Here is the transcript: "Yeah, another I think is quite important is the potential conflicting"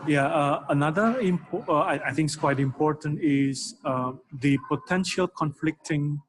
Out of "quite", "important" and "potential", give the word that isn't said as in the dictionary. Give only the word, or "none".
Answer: none